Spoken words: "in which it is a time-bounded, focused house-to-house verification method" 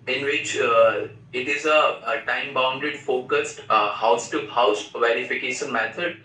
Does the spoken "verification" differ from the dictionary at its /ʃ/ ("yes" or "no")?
no